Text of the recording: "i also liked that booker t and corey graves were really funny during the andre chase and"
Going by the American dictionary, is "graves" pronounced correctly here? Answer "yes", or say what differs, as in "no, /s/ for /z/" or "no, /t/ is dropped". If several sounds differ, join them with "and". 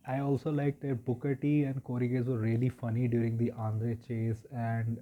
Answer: no, /ɹ/ is dropped and /v/ is dropped